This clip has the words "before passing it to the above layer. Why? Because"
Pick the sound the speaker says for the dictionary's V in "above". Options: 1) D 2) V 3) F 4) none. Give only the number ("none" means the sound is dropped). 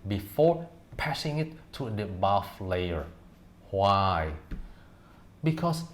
3